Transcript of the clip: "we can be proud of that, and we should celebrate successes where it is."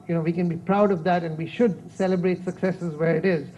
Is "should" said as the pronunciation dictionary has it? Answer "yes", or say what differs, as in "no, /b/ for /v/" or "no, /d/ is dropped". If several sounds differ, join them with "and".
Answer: yes